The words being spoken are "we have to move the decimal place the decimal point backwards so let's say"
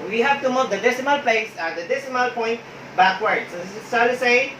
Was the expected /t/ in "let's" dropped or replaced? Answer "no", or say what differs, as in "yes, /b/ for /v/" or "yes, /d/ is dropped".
yes, /s/ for /t/